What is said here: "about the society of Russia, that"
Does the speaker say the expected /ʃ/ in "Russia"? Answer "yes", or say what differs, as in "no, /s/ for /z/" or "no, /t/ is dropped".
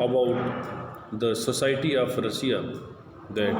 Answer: no, /s/ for /ʃ/